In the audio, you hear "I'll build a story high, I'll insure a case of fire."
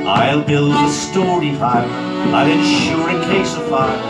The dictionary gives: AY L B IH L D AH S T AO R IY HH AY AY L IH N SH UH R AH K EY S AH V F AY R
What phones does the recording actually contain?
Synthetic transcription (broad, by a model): AY L B IH L D AH S T AO R IY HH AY AY L IH N SH UH R AH K EY S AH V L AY